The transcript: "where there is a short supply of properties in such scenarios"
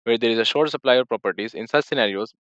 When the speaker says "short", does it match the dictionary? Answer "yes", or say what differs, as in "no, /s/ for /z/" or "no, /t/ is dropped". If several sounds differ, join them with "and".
yes